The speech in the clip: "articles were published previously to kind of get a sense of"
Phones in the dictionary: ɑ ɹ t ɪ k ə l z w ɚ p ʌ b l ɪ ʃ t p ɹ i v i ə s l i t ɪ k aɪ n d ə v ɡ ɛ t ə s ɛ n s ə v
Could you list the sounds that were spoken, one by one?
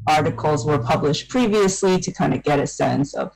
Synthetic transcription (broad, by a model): ɑ ɹ t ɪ k l z w ɚ p ʌ b l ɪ ʃ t p ɹ i v i ə s l i t ɪ k aɪ n d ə ɡ ɛ t ə s ɛ n s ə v